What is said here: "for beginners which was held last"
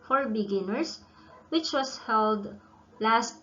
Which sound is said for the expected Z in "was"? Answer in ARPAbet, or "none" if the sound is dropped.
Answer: S